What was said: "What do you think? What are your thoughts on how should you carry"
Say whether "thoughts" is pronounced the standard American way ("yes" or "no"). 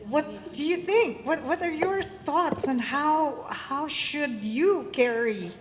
yes